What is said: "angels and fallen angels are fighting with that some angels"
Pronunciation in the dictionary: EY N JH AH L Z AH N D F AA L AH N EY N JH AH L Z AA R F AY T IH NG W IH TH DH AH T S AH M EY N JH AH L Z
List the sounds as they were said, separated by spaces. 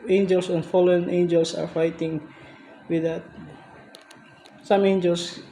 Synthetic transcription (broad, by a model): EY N JH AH L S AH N F AA L AH N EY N JH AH L S AA R F AY T IH NG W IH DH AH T S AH M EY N JH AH L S